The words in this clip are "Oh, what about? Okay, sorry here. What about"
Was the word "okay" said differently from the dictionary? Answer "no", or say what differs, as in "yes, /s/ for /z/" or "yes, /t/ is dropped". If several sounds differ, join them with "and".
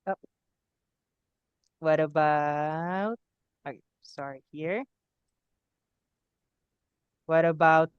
yes, /k/ is dropped